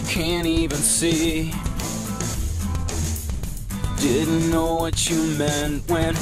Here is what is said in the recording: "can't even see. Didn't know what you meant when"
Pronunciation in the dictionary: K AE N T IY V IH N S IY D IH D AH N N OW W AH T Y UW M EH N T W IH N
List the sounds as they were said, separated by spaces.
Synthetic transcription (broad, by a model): K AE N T IY V IH N S IY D IH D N N OW W AH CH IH M EH N T W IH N